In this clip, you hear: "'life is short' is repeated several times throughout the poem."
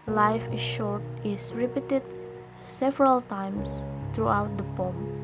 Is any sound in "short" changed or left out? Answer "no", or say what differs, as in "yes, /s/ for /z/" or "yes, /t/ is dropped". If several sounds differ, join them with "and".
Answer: no